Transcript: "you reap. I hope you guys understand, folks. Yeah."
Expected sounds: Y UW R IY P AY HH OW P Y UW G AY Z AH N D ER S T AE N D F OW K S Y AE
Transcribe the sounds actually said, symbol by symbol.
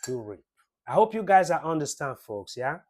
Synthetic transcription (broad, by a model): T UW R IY AY HH OW P Y UW G AY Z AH N D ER S T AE N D F OW K S Y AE